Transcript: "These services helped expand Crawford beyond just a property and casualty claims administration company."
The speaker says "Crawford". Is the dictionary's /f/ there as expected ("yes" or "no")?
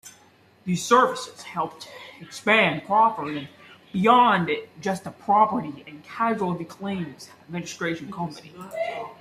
no